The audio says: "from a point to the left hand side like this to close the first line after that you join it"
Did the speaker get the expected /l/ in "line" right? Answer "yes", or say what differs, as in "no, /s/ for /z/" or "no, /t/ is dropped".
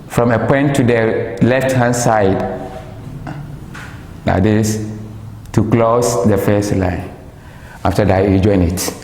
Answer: yes